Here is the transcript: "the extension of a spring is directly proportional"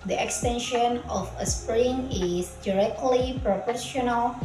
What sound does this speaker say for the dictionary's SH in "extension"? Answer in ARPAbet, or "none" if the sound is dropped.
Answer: SH